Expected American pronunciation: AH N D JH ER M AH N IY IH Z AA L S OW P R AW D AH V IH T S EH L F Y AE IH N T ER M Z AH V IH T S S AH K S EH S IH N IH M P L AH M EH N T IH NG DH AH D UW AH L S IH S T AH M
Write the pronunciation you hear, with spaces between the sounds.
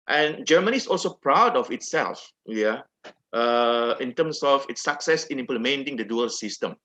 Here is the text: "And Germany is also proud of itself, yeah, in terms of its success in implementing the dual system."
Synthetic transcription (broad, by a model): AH N JH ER M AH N IY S AA L S OW P R AW D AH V IH T S EH L F Y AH IH N T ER M S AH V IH T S S AH K S EH S IH N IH M P L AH M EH N T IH NG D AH D UW AH L S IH S T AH M